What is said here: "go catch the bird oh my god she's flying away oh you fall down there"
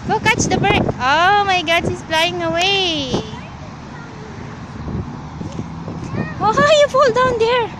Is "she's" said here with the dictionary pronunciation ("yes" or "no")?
no